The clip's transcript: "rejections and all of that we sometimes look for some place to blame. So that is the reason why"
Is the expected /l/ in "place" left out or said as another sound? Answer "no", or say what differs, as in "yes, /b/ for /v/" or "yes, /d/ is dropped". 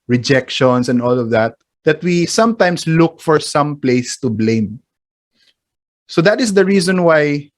no